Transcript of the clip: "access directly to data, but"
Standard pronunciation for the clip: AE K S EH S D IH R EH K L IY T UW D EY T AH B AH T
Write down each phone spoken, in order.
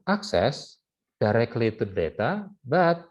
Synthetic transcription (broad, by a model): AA K S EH S D IH R EH K L IY T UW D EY T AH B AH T